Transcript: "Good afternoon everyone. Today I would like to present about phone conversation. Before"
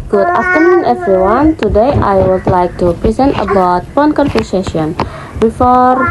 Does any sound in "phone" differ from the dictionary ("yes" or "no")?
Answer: yes